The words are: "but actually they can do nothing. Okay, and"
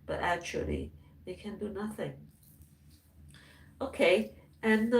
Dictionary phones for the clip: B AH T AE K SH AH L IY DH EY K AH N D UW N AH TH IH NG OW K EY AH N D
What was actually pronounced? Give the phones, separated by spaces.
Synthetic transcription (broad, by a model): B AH T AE K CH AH L IY DH EY K AH N D UW N AH TH IH NG OW K EY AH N